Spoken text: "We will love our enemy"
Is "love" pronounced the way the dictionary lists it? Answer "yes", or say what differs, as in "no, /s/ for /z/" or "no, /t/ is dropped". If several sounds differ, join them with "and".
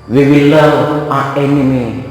no, /v/ is dropped